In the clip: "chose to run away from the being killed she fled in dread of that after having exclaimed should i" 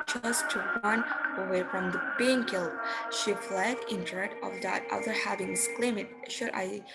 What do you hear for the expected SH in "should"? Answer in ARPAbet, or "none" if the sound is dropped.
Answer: SH